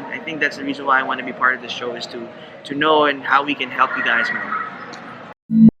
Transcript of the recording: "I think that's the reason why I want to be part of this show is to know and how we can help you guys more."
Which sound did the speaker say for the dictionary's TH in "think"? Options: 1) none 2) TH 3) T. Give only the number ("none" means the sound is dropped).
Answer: 2